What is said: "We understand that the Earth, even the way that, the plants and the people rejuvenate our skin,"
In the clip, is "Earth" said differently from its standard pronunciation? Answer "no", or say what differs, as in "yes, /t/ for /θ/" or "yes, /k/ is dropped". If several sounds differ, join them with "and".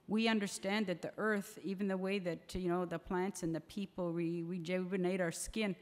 no